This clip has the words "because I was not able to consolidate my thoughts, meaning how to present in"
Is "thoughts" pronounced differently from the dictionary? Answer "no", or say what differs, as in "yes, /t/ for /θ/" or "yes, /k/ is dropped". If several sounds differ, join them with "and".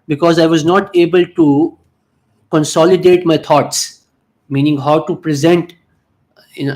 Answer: yes, /t/ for /θ/